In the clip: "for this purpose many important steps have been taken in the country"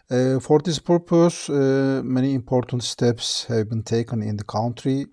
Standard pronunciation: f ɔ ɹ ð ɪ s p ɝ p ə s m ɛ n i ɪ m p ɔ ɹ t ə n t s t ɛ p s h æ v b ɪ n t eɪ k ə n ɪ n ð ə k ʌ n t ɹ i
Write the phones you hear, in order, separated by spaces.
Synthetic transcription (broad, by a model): f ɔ ɹ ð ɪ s p ɝ p ə s m ɛ n i ɪ m p ɔ ɹ t ə n t s t ɛ p s h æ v b ɪ n t eɪ k ə n ɪ n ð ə k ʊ n t ɹ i